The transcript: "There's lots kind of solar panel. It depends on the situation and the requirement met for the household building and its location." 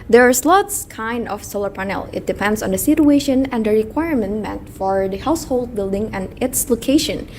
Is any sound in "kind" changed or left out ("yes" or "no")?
no